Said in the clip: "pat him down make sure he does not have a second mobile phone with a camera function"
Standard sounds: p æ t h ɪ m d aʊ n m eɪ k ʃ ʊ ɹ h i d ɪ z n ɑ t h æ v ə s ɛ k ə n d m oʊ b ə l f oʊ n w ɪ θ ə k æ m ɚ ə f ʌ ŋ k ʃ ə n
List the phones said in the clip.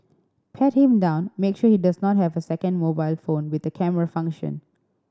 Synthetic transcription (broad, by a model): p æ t h ɪ m d aʊ n m eɪ k ʃ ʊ h i d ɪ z n ɑ t h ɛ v ə s ɛ k ə n d m oʊ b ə l f oʊ n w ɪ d ə k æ m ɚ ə f ʌ ŋ k ʃ ə n